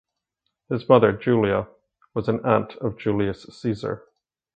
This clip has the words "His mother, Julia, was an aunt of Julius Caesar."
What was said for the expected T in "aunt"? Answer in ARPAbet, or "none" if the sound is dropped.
T